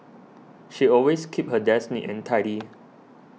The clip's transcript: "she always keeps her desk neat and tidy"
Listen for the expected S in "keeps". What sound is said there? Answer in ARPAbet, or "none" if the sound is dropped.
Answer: none